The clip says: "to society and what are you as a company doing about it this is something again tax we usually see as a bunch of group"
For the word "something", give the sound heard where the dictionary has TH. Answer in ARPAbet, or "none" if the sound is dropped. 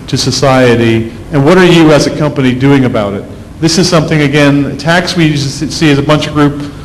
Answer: TH